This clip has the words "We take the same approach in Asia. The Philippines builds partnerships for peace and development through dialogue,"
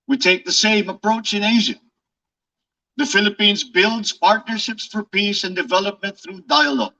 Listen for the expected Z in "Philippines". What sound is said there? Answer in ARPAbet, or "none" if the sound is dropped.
Z